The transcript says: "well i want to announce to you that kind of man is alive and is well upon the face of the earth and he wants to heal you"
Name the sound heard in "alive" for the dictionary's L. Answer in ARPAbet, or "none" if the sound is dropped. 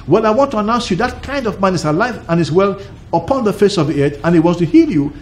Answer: L